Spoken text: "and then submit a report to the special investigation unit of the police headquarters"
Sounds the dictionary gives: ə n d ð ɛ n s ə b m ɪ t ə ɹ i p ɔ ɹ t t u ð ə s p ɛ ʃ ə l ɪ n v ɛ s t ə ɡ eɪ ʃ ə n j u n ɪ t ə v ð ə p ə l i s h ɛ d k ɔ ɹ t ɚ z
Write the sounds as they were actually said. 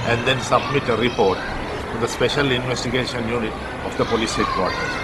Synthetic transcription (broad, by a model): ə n d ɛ n s ə b m ɪ t ə ɹ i p ɔ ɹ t t u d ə s p ɛ ʃ ə l ɪ n v ɛ s t ə ɡ eɪ ʃ ə n j u n ɪ t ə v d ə p ə l i s h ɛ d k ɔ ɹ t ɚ